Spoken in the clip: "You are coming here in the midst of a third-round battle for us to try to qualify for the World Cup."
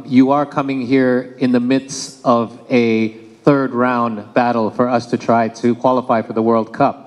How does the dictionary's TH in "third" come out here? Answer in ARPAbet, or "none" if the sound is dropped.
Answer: TH